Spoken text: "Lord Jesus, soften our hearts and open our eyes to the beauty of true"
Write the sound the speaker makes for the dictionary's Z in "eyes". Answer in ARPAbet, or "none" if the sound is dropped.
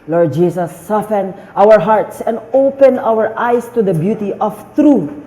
S